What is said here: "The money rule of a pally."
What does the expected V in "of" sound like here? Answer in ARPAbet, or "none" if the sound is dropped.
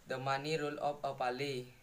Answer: P